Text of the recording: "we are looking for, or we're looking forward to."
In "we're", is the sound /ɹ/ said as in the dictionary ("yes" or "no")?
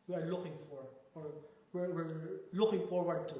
no